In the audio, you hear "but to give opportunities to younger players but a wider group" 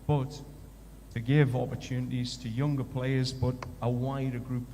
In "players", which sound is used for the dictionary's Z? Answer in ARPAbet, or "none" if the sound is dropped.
Z